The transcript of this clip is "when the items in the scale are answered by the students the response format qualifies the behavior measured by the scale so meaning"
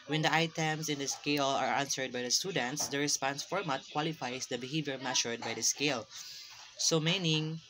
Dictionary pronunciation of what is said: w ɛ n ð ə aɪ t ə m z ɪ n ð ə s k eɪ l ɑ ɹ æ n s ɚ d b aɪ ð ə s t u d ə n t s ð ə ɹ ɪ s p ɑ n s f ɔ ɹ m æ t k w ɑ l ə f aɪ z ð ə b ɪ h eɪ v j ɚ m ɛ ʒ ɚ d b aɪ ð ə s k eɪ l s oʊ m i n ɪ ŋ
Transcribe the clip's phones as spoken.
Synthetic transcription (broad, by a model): w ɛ n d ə aɪ t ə m s ɪ n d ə s k eɪ l ɑ ɹ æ n s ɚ d b aɪ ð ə s t u d ə n t s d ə ɹ ɪ s p ɑ n s f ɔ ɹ m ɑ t k w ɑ l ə f aɪ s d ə b ɪ h eɪ v j ɚ m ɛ ʃ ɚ d b aɪ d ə s k eɪ l s oʊ m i n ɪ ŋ